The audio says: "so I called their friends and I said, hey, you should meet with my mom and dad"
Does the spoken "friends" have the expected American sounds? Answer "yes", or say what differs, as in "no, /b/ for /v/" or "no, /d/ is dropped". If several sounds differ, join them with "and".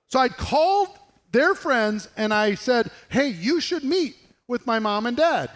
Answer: yes